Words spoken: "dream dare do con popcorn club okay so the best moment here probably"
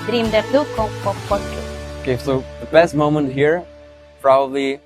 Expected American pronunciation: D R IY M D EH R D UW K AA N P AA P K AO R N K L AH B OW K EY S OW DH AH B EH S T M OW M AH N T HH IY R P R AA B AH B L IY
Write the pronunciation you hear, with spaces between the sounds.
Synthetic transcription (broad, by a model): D R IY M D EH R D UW K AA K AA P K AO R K AH OW K EY S OW DH AH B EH S T M OW M AH N T HH IY R P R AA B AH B L IY